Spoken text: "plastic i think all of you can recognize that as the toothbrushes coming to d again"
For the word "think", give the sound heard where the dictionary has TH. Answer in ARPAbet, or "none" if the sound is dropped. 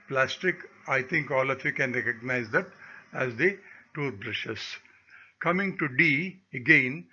T